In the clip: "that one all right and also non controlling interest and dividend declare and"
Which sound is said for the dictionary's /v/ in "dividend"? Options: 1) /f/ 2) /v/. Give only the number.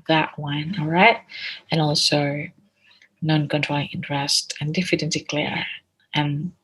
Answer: 1